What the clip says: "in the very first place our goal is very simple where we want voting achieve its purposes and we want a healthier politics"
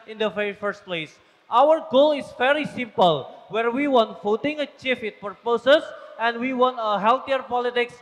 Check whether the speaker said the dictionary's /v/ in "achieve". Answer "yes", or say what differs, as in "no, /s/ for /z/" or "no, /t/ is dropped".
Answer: no, /f/ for /v/